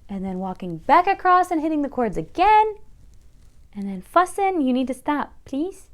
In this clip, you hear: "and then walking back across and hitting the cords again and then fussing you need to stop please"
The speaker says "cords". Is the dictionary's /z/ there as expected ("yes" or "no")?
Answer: yes